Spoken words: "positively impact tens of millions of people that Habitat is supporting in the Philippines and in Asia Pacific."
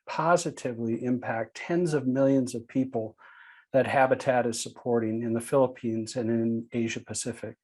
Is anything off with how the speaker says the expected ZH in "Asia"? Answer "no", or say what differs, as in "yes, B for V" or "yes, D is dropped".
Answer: no